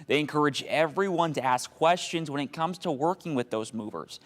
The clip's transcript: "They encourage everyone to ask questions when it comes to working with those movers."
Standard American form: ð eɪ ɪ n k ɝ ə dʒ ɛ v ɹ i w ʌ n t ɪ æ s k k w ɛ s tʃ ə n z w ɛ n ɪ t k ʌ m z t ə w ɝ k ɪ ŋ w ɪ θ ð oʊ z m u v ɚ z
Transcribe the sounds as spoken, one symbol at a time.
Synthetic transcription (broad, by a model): ð eɪ ɪ n k ɝ ə dʒ ɛ v ɹ i w ʌ n t ɪ æ s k k w ɛ s tʃ ə n z w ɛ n ɪ t k ʌ m z t ə w ɝ k ɪ ŋ w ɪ ð oʊ z m u v ɚ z